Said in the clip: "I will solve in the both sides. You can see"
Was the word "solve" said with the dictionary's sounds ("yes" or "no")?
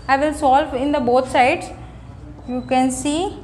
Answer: yes